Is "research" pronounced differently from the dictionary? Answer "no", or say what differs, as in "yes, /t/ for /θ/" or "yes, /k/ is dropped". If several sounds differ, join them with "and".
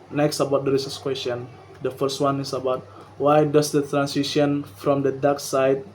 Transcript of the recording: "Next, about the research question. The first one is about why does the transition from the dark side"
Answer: yes, /s/ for /tʃ/